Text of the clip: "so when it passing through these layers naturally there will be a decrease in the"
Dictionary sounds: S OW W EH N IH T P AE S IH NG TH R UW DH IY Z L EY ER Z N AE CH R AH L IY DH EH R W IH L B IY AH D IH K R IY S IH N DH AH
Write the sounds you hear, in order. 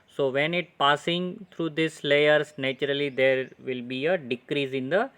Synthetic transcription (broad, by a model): S OW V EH N IH T P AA S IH NG T R UW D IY S L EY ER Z N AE CH R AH L IY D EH R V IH L B IY AH D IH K R IY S IH N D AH